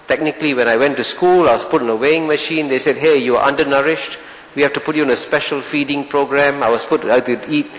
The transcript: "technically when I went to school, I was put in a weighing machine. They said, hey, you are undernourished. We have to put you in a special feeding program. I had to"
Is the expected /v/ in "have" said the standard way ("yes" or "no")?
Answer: no